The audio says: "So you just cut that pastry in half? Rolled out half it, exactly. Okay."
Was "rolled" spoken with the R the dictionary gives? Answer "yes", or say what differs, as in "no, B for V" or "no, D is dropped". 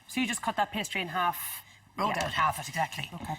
no, W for R